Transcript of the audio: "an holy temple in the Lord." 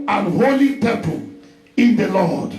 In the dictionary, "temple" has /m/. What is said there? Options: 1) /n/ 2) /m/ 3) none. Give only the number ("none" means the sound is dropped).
3